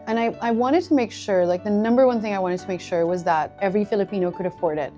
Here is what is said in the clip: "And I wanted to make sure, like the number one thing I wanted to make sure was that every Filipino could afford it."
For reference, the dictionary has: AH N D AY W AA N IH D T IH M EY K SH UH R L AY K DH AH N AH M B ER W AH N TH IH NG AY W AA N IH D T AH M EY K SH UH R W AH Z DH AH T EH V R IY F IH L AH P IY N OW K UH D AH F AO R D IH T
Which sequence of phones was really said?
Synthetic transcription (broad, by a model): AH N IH AY W AA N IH D T IH M EY K SH UH R L AY K DH AH N AH M B ER W AH N TH IH NG AY W AA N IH D T AH M EY K SH UH R W AH Z DH AH T EH V R IY F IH L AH P IY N OW K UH D AH F AO R D IH T